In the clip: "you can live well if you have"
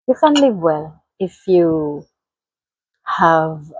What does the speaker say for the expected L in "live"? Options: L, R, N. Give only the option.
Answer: L